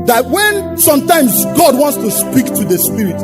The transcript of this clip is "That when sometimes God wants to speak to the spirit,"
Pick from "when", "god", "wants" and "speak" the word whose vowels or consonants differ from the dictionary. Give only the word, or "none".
none